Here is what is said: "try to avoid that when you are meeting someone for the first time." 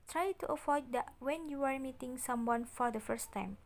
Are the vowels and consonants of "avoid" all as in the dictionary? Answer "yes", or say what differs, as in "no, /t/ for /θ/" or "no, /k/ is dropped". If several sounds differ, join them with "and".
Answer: no, /f/ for /v/